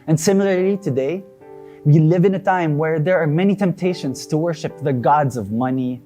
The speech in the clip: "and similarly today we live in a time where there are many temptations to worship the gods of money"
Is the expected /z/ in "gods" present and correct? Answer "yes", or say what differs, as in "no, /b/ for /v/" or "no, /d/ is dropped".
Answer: yes